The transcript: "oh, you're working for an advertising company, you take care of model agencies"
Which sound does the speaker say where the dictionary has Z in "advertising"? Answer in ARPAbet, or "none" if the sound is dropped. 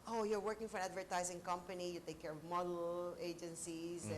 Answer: Z